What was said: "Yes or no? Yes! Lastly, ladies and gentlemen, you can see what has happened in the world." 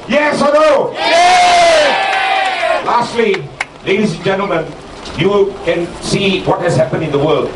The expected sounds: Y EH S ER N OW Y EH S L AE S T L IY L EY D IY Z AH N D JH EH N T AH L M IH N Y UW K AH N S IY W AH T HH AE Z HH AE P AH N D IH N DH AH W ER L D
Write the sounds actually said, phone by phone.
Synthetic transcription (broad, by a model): Y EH S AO N OW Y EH L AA S T L IY L EY D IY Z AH N JH EH N T AH L M IH N Y UW K AH N S IY W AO T HH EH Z HH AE P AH N IH N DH AH W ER L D